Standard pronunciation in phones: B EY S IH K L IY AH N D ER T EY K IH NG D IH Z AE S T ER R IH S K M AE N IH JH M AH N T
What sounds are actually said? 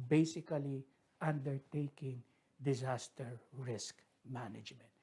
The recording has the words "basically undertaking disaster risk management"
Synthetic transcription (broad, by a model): B EY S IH K L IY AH N D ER T EY K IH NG D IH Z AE S T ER R IH S K M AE N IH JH M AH N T